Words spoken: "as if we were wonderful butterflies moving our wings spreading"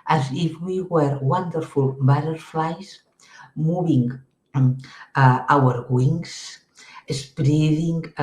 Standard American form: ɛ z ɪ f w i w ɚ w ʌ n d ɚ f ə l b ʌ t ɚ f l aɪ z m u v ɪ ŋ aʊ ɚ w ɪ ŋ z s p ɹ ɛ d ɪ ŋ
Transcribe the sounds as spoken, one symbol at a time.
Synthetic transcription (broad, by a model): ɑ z ɪ f w i w ɚ w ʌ n d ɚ f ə l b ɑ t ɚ f l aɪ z m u b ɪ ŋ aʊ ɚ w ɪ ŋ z s p ɹ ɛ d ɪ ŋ